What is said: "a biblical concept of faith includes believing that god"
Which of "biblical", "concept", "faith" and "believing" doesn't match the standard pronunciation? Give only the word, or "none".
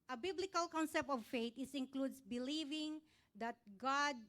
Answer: faith